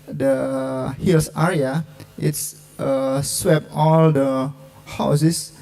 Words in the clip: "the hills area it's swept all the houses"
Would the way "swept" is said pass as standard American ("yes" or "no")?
no